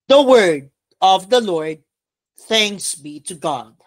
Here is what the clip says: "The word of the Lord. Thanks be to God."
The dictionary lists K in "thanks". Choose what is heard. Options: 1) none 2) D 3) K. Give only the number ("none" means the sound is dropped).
3